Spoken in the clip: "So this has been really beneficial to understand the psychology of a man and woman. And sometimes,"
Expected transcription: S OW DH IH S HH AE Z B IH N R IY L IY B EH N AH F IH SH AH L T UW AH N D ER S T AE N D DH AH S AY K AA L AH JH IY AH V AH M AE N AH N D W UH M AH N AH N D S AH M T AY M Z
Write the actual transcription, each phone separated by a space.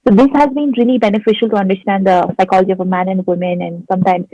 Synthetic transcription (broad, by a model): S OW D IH S HH AE Z B IH N R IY L IY B EH N AH F IH SH AH L T UW AH N D ER S T AE N D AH S AY K AA L AH JH IY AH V AH M AE N AH N D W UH M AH N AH N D S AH M T AY M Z